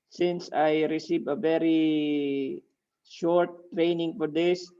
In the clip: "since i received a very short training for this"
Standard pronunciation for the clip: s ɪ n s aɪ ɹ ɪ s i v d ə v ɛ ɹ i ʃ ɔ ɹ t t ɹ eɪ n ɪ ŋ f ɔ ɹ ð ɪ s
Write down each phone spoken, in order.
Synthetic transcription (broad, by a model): s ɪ n s aɪ ɹ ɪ s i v ə v ɛ ɹ i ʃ ɔ ɹ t t ɹ eɪ n ɪ ŋ f ɔ ɹ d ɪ s